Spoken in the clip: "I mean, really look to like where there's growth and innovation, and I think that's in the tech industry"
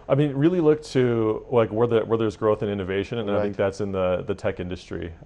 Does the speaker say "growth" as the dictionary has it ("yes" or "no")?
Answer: yes